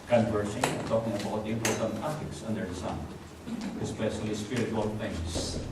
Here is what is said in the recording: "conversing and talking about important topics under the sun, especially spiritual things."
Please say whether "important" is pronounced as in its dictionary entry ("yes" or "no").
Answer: no